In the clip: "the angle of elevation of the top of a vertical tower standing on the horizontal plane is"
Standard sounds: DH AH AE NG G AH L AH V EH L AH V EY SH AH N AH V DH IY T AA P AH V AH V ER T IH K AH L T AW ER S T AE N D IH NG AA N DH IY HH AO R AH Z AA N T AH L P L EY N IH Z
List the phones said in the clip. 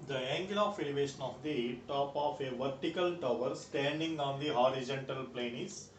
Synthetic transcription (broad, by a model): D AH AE NG G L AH F EH L AH V EY SH AH N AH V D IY T AA P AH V AH V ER T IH K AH L T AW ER S T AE N D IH NG AA N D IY HH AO R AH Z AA N T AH L P L EY N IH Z